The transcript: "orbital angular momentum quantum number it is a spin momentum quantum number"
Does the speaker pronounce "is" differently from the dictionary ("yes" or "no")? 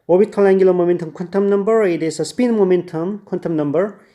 yes